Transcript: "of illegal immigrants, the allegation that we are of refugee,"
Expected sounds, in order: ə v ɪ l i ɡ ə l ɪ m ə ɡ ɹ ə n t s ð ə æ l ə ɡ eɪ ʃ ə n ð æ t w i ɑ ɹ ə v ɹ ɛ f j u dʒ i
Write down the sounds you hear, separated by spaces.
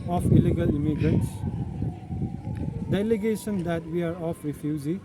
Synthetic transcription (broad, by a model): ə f ɪ l i ɡ ə l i m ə ɡ ɹ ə t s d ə l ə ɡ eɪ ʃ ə n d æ t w i ɑ ɹ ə f ɹ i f j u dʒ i